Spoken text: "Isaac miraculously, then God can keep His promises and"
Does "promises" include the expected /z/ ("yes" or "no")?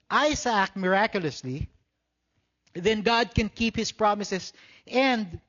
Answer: no